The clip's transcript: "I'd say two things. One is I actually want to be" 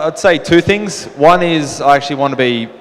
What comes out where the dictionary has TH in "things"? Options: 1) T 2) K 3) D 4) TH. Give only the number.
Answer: 4